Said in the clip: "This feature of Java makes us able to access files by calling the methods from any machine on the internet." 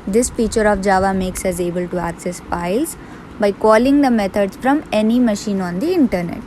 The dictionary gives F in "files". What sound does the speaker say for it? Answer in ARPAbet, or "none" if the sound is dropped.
P